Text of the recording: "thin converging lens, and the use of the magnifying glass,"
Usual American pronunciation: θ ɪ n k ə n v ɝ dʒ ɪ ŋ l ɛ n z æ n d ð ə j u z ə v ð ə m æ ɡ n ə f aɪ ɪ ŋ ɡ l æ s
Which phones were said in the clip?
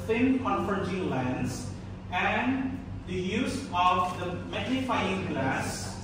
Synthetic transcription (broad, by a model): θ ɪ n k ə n f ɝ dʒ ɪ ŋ l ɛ n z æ n d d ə j u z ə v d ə m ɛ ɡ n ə f aɪ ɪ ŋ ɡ l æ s